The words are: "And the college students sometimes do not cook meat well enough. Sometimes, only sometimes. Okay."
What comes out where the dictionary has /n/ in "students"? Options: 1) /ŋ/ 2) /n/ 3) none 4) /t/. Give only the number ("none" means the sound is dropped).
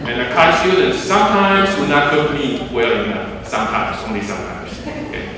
3